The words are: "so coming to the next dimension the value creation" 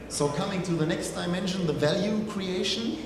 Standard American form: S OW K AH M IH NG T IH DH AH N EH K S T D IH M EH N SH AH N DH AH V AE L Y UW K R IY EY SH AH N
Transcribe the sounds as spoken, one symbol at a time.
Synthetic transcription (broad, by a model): S OW K AH M IH NG T IH DH AH N EH K S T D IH M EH N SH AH N DH AH V AE L Y UW K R IY EY SH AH N